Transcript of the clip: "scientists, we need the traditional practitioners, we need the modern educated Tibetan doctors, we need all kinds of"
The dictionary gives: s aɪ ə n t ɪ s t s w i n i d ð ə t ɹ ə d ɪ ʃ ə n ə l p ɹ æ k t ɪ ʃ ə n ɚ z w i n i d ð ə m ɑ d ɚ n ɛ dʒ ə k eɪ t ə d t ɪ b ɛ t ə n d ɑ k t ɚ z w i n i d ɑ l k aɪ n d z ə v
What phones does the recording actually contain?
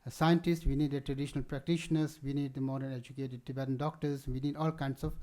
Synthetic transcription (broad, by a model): s aɪ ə n t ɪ s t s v i n i d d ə t ɹ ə d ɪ ʃ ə n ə l p ɹ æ k t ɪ ʃ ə n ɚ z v i n i d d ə m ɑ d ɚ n ɛ dʒ ə k eɪ t ə d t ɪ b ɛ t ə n d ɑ k t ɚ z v i n i d ɑ l k aɪ n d s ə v